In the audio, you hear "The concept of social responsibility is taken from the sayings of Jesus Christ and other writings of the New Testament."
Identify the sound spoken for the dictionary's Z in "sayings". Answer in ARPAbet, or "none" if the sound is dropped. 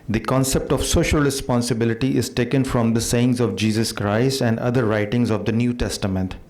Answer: Z